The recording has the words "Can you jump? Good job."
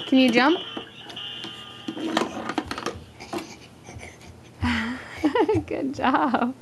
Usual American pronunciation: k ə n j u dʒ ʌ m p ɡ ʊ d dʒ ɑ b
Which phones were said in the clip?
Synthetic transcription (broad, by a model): k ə n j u dʒ ʌ m p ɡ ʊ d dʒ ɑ